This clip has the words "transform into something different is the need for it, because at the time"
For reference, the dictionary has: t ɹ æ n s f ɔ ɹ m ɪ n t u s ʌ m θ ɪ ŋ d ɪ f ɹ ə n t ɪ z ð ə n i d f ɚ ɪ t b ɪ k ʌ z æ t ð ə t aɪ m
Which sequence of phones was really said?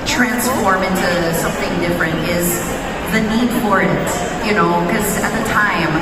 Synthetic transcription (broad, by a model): t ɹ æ n s f ɔ ɹ m ɪ n t u s ʌ m θ ɪ ŋ d ɪ f ɹ ə n t ɪ z ð ə n i d f ɚ ɪ t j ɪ k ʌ z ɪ t ð ə t aɪ m